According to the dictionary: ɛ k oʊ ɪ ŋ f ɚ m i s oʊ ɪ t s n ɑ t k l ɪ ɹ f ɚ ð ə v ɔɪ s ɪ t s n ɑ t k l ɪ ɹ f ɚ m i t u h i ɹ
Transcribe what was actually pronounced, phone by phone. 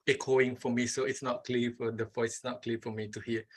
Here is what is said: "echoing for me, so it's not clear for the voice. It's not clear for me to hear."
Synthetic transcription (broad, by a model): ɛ k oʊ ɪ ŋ f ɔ m i s oʊ ɪ t s n ɑ t k l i f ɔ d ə f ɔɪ ɪ t s n ɑ t k l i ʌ f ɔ m i t u h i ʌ